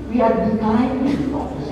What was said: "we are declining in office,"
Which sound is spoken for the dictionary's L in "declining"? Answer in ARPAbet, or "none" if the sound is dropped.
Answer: none